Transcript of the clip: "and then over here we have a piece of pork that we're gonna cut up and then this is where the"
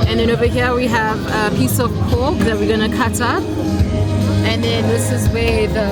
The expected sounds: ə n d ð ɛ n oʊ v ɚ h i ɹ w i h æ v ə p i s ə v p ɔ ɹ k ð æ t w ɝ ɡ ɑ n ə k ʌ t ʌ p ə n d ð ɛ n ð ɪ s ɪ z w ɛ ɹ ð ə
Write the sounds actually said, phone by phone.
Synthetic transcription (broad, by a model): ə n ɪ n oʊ b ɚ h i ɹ w i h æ v ə p i s ə v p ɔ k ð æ t w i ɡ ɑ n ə k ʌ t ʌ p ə n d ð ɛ n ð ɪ s ɪ z w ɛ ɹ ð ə